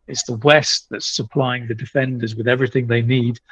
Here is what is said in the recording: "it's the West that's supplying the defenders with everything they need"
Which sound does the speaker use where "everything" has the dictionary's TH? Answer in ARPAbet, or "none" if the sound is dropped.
TH